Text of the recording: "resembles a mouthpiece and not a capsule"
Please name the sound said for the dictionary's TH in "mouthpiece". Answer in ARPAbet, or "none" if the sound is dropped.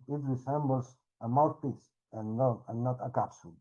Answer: T